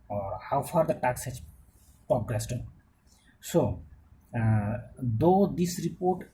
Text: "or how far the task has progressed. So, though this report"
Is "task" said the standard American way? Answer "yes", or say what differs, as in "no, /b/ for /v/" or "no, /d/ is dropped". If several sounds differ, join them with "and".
no, /s/ is dropped